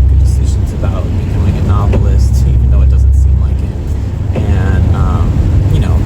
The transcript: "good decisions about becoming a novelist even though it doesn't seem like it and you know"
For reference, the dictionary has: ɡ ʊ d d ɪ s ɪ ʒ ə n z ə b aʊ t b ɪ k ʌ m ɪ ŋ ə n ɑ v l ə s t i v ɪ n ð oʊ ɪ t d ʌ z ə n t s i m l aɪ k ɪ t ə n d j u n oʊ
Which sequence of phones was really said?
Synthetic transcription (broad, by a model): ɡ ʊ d d ɪ s ɪ ʒ ə n z ə b aʊ t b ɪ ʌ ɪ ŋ ə n ɑ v l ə s t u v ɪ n oʊ ɪ t d ʌ z ə n t s i m l aɪ k ɪ t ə n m j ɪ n oʊ